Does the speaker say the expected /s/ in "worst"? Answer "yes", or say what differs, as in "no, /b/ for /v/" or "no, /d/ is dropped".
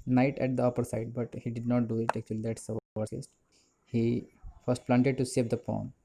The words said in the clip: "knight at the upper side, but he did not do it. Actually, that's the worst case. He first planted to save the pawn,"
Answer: no, /s/ is dropped